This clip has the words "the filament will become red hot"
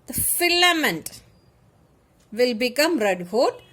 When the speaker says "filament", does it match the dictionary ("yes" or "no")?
yes